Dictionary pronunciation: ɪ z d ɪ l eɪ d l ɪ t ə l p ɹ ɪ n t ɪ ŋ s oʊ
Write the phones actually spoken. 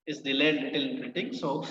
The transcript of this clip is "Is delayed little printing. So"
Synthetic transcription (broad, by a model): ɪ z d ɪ l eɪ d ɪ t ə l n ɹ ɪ t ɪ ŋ s oʊ